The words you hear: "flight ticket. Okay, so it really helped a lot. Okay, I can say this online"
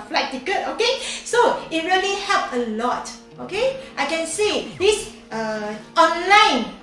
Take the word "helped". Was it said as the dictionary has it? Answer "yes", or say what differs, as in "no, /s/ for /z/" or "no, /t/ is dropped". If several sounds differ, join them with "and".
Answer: no, /t/ is dropped